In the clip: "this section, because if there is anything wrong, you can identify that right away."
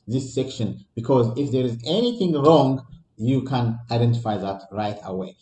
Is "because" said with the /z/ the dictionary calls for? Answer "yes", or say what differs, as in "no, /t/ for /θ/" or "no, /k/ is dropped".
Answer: yes